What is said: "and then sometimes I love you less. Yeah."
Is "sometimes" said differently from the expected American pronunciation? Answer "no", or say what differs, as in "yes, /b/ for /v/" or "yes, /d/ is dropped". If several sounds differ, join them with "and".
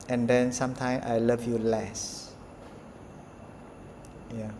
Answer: yes, /z/ is dropped